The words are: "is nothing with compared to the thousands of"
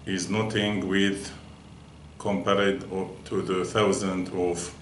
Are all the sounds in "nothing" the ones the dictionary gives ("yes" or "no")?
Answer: no